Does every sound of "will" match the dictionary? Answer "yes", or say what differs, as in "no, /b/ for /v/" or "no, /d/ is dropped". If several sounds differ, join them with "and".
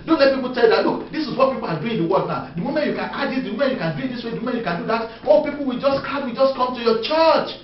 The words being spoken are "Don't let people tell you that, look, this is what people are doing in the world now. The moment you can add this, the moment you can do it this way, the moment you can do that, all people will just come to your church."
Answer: no, /w/ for /l/